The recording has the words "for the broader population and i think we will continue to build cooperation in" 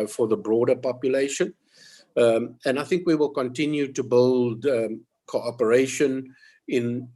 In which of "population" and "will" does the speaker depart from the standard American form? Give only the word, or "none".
none